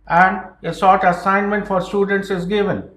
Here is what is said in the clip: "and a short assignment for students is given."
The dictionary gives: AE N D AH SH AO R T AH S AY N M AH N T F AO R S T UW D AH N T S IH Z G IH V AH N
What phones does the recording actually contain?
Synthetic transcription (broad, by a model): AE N D AH S AO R T AH S AY N M AH N T F AO R S T UW D AH N T S IH Z G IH V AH N